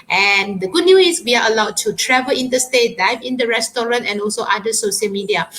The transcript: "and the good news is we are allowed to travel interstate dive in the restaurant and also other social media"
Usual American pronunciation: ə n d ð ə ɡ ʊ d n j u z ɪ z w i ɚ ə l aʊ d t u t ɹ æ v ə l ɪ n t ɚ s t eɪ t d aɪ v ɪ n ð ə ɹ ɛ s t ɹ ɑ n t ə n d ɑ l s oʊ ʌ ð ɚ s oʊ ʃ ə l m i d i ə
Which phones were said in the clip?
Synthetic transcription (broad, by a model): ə n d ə ɡ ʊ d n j u ɪ s w i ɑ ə l aʊ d t u t ɹ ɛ v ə l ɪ n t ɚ s t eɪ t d aɪ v ɪ n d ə ɹ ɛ s t ɹ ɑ n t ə n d ɑ l s oʊ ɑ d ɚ s oʊ ʃ ə l m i d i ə